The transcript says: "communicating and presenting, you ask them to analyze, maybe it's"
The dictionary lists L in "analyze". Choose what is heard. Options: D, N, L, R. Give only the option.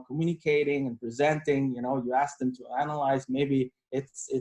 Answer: L